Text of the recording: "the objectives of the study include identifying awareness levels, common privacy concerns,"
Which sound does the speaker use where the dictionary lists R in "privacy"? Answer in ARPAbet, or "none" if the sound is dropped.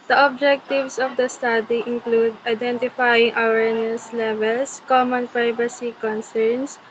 R